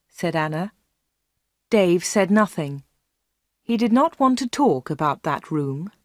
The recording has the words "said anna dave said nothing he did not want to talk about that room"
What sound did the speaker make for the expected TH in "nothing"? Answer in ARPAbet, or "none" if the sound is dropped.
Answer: TH